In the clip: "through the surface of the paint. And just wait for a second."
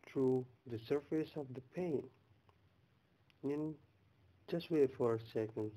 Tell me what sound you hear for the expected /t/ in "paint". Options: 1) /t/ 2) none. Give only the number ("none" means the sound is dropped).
2